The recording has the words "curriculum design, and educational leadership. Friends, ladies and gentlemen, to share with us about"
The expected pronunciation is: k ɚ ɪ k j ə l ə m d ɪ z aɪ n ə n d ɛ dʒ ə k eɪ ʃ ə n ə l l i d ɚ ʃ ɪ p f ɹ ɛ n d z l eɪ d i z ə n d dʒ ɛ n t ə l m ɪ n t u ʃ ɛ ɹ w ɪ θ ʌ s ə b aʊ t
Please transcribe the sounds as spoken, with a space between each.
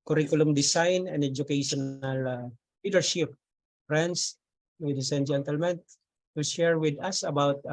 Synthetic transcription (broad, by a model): k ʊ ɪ k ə l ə m d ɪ s aɪ n ə n d ɛ dʒ ə k eɪ ʃ ə n ə l l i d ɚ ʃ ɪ p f ɹ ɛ n d s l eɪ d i s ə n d dʒ ɛ n t ə l m ɪ n t u ʃ ɛ ɹ w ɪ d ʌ s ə b aʊ t